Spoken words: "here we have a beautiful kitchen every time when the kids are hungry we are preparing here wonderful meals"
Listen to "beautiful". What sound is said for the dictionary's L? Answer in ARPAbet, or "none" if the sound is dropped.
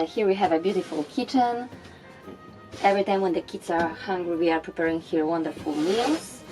L